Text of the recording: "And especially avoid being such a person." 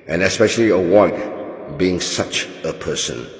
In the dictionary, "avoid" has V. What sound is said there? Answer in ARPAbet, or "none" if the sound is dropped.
W